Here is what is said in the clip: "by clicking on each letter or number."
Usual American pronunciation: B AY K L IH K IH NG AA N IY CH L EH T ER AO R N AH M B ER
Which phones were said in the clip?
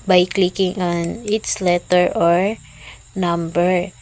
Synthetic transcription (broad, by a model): B AY K L IH K IH NG AA N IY S L EH T ER AO R N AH M B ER